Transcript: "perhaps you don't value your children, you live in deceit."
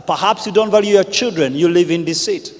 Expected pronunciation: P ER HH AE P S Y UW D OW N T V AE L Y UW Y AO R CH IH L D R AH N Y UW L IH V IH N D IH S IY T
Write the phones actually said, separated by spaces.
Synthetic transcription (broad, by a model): P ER HH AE P S Y UW D OW N T V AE L Y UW Y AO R CH IH L D R AH N Y UW L IH V IH N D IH S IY T